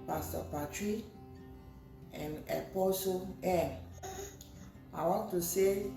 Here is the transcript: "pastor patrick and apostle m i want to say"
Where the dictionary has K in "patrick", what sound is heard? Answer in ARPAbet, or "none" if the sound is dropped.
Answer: none